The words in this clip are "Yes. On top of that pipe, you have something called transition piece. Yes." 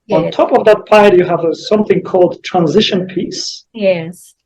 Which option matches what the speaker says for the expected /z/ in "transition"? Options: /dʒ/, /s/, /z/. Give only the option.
/z/